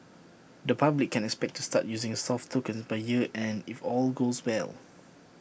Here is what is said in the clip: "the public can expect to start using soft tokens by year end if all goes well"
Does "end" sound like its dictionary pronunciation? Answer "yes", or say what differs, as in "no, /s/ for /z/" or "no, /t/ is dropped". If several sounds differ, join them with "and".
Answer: no, /d/ is dropped